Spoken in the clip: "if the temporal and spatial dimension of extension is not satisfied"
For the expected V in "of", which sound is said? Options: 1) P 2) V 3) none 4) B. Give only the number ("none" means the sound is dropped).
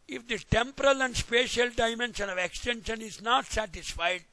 2